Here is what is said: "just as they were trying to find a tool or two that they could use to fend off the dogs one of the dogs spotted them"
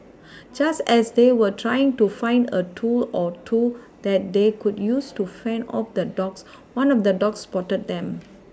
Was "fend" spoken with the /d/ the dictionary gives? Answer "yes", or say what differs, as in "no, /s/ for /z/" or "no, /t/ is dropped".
no, /d/ is dropped